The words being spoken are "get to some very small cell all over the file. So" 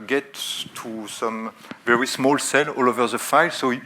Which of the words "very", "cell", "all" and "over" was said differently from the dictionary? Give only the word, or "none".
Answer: none